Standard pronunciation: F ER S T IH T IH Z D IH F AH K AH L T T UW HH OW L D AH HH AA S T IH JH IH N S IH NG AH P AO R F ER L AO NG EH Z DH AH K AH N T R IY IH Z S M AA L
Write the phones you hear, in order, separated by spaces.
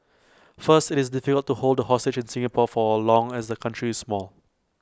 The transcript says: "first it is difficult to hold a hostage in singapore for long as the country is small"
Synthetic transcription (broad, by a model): F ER S T IH T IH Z D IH F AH K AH L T T UW HH OW L D AH HH AA S T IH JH IH N S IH NG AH P AO F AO L AO NG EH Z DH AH K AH N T R IY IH S M AA L